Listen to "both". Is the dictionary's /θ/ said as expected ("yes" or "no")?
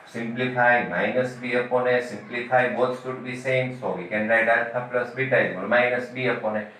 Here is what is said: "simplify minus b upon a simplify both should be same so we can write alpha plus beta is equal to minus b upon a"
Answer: no